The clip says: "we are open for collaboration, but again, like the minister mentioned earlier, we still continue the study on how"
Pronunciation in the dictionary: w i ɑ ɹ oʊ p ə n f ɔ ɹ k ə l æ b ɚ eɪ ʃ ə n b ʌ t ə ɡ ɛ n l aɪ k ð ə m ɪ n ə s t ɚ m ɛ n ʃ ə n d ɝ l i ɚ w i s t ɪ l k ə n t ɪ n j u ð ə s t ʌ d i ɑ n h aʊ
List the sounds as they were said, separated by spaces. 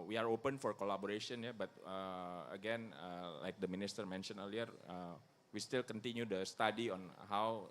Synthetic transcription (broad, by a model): w i ɑ ɹ oʊ p ə n f ɔ ɹ k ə l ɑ b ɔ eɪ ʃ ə n b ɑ t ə ɡ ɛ n l aɪ k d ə m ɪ n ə s t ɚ m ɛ n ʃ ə n ɝ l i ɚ w i s t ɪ l k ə n t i n j u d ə s t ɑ d i ɑ n h aʊ